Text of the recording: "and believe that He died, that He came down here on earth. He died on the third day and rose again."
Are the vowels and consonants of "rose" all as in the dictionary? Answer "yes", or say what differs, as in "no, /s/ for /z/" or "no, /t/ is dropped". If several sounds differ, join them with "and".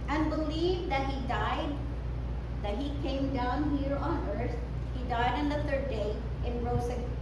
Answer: no, /z/ is dropped